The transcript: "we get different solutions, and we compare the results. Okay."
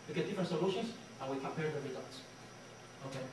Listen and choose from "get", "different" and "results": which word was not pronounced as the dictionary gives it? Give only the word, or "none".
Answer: results